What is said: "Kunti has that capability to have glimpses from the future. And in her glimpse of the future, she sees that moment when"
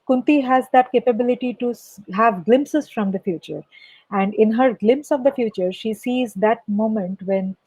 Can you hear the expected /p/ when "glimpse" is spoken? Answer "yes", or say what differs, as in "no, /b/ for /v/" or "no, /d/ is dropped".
yes